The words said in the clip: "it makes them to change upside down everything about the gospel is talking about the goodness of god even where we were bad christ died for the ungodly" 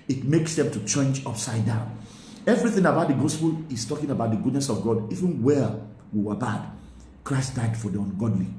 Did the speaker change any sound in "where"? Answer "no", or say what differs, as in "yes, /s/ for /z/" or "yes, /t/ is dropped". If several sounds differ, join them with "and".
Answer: yes, /l/ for /ɹ/